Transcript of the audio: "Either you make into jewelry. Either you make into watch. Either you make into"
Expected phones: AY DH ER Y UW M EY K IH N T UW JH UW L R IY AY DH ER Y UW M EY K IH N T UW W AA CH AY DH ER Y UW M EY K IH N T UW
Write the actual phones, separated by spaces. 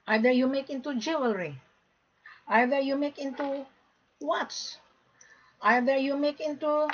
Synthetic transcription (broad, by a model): AY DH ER Y UW M EY K IH N T UW JH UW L R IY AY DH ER Y UW M EY K IH N T UW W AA S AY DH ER Y UW M EY K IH N T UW